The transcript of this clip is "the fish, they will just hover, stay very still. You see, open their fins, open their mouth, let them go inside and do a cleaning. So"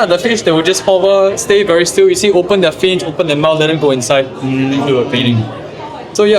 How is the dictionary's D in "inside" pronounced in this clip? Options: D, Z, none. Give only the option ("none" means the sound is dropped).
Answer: none